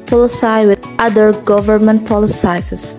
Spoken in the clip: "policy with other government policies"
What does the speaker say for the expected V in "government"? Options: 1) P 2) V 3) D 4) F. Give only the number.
2